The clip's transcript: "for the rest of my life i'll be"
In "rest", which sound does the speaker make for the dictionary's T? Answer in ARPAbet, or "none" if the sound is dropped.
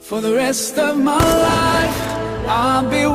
T